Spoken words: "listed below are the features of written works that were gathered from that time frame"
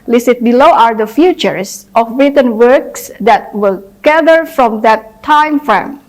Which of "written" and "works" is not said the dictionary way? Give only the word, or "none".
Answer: none